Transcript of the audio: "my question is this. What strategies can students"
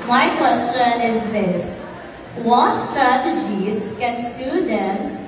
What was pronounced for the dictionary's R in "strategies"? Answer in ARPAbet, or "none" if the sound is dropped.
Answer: R